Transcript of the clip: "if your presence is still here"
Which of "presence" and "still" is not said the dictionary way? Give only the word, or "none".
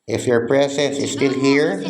presence